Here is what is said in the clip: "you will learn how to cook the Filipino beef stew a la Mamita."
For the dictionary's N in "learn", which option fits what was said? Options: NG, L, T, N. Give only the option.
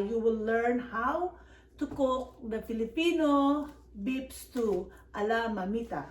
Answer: N